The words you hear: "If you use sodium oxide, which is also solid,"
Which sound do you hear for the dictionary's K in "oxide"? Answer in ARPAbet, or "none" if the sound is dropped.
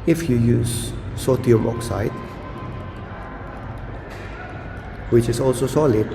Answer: K